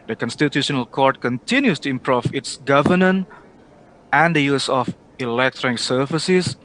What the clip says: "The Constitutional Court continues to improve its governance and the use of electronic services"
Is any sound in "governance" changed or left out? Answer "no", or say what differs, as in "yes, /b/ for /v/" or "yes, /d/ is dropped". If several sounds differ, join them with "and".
yes, /s/ is dropped